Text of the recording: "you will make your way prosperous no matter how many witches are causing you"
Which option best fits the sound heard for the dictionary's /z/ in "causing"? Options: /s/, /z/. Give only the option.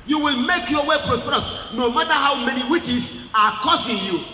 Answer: /s/